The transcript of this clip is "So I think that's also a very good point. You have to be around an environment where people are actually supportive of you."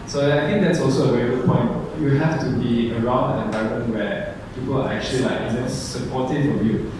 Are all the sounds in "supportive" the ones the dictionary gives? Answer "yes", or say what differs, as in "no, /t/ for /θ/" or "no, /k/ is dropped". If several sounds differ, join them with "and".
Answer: no, /f/ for /v/